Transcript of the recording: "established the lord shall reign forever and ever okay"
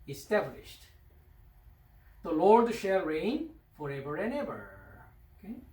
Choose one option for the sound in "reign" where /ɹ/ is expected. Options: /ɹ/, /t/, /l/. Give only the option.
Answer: /ɹ/